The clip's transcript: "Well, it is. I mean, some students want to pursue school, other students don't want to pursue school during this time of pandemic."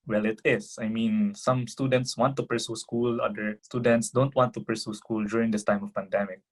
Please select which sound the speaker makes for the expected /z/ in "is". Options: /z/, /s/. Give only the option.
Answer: /s/